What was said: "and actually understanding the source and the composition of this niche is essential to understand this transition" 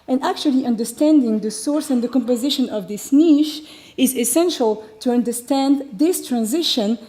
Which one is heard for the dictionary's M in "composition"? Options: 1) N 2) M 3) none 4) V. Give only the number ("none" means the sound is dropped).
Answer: 2